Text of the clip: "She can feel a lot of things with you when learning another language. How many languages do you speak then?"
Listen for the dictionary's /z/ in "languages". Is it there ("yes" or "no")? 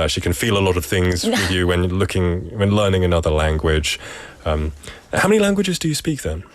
yes